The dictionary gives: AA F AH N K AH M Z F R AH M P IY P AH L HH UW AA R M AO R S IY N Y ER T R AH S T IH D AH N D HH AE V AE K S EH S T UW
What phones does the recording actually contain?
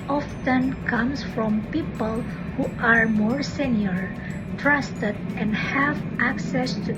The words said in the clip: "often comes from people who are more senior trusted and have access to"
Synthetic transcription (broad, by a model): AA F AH N K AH M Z F R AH M P IY P AH L HH UW AA R M AO R S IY N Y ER T R AH S T IH D AH N D HH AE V AE K S EH S T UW